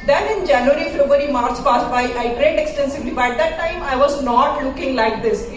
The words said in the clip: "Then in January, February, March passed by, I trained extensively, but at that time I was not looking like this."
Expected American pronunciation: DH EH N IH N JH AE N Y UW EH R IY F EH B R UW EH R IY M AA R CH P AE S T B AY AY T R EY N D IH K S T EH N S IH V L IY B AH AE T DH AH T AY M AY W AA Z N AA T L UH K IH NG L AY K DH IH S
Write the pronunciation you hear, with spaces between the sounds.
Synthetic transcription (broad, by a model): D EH N IH N JH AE N Y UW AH R IY F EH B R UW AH R IY M AA R CH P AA S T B AY AY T R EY D IH K S T EH N S IH V L IY B AH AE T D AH T AY M AY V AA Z N AA T L UH K IH NG L AY K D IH S